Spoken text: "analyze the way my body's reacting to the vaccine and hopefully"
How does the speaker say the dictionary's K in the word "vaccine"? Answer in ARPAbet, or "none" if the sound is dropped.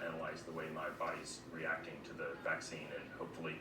K